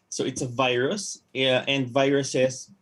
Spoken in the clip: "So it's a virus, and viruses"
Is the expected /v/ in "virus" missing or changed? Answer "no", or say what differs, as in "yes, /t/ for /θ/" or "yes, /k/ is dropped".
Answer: no